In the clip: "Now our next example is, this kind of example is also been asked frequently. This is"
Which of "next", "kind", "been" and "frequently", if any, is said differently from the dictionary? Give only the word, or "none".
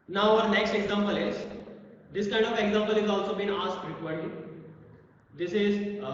frequently